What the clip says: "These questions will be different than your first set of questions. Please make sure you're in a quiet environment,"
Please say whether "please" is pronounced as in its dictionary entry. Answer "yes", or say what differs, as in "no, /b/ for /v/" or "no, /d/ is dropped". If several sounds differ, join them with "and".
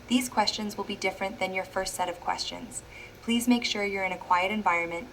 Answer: yes